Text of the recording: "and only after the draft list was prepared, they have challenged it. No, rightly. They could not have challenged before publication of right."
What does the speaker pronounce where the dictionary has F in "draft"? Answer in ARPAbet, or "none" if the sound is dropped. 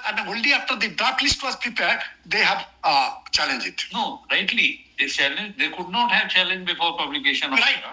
none